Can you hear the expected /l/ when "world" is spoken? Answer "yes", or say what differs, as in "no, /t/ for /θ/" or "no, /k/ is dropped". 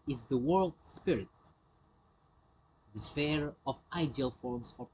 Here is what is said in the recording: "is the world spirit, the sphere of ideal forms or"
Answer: yes